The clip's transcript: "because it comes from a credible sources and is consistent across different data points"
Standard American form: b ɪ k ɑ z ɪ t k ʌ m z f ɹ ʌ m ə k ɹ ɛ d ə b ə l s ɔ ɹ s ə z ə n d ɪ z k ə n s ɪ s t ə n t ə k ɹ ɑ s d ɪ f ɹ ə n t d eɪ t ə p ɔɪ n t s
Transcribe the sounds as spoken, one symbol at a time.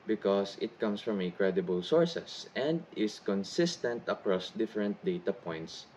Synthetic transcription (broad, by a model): b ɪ k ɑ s ɪ t k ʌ m s f ɹ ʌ m ə k ɹ ɛ d ə b ə l s ɔ ɹ s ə s ə n d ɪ s k ə n s ɪ s t ə n t ə k ɹ ɑ s d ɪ f ɹ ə n t d eɪ t ə p ɔɪ n t s